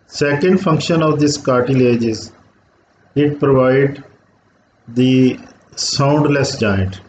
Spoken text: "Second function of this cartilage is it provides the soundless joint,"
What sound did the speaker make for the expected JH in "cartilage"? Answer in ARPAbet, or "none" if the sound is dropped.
JH